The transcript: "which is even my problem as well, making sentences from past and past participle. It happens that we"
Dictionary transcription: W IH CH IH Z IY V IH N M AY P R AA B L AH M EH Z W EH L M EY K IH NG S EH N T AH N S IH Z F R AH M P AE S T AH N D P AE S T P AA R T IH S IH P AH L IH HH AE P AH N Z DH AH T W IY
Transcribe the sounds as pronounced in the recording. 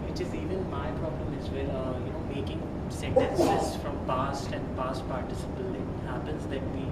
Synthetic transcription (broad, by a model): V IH CH IH Z IY V IH N M AY P R AA B L AH M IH Z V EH N M EY K IH NG S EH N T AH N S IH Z F R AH M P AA S T AH N D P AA S T P AA R T IH S IH P AH L IH HH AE P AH N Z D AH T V IY